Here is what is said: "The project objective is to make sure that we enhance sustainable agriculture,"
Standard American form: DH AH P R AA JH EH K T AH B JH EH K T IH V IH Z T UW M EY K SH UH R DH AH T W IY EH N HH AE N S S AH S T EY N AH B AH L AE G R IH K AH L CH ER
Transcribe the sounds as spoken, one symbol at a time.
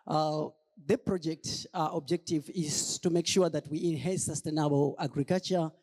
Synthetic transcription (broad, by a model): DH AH P R AA JH EH K T AH B JH EH K T IH V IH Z T UW M EY K SH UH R DH AH T W IY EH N HH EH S S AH S T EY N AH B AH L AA G R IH K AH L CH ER